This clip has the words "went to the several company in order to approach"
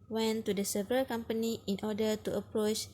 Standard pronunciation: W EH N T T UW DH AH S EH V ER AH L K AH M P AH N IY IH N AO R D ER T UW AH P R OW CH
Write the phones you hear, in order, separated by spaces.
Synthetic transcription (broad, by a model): W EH N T T UW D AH S EH V ER AH L K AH M P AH N IY IH N AO D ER T UW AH P R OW CH